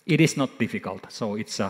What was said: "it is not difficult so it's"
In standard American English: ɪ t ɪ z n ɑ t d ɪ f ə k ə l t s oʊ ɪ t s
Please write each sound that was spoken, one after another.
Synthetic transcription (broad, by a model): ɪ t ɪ s n ɑ t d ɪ f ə k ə l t s oʊ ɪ t s